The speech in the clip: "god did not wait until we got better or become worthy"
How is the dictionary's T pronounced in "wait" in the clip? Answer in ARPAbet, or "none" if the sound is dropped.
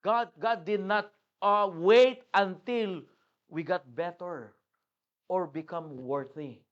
T